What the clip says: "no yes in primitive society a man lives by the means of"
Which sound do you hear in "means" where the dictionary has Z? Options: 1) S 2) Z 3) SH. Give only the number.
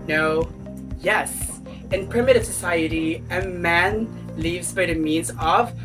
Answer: 2